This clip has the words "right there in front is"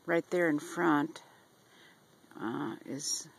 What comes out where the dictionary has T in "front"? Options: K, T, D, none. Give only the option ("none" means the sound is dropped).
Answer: T